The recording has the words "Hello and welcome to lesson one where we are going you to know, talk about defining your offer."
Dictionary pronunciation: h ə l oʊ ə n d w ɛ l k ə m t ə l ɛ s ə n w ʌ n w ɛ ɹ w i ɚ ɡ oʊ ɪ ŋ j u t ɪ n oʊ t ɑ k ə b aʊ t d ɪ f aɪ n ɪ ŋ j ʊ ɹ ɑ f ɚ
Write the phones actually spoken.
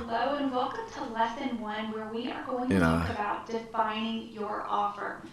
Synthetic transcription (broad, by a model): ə l oʊ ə n w ɛ l k ə m t ə l ɛ s ə n w ʌ n w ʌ ɹ w i ɚ ɡ oʊ ɪ ŋ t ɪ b ɑ ə t d ɪ f aɪ n ɪ ŋ j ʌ ɹ ɑ f ɚ